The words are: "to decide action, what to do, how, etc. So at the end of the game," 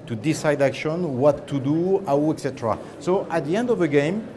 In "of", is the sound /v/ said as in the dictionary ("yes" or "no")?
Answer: yes